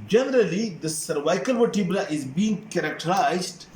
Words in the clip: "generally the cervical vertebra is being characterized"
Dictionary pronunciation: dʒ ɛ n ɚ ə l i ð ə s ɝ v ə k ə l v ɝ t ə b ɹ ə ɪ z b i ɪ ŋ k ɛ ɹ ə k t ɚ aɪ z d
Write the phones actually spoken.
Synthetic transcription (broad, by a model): dʒ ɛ n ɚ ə l i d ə s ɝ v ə k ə l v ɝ t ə b l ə ɪ z b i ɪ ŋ k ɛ ɹ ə k t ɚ aɪ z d